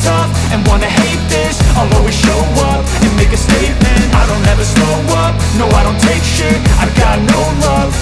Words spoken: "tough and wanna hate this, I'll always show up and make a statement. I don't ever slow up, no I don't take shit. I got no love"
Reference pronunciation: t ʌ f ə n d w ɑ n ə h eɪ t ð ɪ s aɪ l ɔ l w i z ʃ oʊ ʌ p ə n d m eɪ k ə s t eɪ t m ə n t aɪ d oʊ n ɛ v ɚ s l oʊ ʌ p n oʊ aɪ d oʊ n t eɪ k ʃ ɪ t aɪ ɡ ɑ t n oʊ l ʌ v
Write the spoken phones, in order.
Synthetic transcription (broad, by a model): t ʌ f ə n w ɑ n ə h eɪ t ð ɪ s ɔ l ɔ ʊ w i ʃ oʊ ʌ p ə n m eɪ k ə s t eɪ t m ə n t aɪ d oʊ n ɛ v ɚ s oʊ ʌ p n oʊ aɪ d oʊ n t eɪ k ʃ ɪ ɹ aɪ ɡ ɑ t n oʊ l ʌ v